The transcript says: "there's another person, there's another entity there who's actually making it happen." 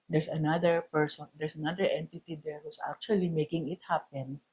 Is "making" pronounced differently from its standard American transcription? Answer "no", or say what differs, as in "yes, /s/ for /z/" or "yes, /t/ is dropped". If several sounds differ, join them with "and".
no